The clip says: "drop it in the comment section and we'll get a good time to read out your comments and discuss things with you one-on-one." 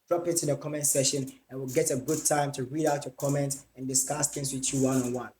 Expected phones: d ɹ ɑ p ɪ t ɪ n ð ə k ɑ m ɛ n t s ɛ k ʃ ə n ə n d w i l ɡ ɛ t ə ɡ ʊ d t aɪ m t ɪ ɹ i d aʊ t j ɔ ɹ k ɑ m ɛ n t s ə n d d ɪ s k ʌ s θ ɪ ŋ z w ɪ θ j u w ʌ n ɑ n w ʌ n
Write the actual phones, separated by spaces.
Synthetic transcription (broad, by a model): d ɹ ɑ p ɪ t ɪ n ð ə k ɑ m ɛ n t s ɛ ʃ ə n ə n w i l ɡ ɛ t ə ɡ ʊ d t aɪ m t ɪ ɹ i d aʊ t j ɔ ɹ k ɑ m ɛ n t ə n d d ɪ s k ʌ s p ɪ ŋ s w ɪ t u w ʌ n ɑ n w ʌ n